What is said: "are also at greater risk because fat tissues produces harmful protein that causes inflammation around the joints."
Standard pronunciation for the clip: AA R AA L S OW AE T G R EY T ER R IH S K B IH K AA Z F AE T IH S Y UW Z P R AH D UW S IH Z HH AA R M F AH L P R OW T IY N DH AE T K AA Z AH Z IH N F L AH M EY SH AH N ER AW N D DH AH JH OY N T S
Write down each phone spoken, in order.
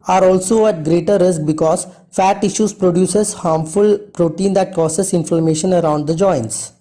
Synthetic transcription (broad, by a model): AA R AA L S OW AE T G R EY T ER R IH S K B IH K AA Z F AE T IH SH Y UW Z P R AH D UW S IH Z HH AA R M F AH L P R OW T IY N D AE T K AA S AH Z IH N F AH M EY SH AH N ER AW N D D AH JH OY N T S